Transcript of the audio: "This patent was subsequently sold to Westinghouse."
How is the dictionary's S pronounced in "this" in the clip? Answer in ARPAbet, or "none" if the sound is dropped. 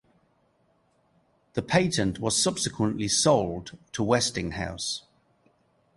none